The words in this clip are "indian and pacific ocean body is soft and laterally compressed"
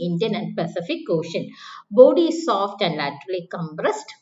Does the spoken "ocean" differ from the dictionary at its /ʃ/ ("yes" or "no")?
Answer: no